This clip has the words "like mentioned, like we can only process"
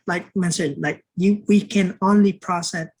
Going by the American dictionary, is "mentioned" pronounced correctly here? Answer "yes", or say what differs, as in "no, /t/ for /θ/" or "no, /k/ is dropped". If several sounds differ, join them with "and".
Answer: no, /s/ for /ʃ/